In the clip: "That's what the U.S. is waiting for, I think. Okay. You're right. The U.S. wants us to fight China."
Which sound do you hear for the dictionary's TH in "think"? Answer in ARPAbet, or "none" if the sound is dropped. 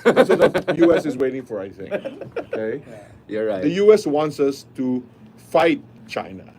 S